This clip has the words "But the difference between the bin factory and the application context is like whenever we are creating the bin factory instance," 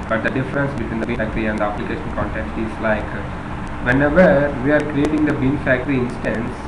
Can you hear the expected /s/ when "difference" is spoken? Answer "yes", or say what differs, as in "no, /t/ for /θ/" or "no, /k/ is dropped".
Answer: yes